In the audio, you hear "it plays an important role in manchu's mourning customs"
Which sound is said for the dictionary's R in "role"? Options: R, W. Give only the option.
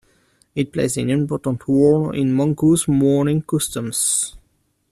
W